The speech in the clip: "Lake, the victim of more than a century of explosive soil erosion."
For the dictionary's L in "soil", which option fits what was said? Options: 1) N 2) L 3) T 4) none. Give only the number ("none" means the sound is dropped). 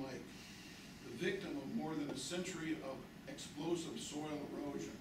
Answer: 2